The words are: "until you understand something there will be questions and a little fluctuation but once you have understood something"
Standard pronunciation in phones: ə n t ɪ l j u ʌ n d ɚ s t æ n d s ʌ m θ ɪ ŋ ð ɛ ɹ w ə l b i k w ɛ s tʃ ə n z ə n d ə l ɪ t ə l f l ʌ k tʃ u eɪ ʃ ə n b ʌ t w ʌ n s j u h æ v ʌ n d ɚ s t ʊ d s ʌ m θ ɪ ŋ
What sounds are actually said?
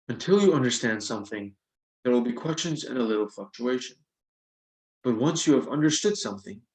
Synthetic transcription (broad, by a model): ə n t ɪ l j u ʌ n d ɚ s t æ n d s ʌ m θ ɪ ŋ ð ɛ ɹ w ə l b i k w ɛ s tʃ ə n z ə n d ə l ɪ t l f l ʌ k tʃ u eɪ ʃ ə n b ʌ t w ʌ n s j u v ʌ n d ɚ s t ʊ d s ʌ m θ ɪ ŋ